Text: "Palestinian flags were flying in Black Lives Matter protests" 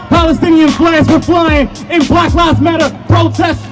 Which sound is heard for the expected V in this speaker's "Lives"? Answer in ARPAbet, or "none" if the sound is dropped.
none